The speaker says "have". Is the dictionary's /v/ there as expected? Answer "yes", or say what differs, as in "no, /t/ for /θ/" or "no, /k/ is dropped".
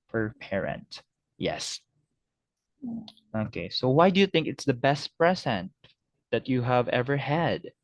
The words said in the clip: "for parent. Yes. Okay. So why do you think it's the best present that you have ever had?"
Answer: yes